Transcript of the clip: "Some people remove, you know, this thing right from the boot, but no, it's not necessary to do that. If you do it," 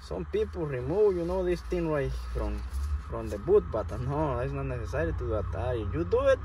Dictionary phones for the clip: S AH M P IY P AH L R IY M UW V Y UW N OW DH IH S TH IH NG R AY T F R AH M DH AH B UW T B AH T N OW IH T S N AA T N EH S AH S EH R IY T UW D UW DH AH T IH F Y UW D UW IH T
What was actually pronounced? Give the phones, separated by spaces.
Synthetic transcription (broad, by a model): S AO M P IY P AH L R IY M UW W Y UW N OW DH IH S T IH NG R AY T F R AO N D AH B UW T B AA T N OW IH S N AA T N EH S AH S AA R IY T UW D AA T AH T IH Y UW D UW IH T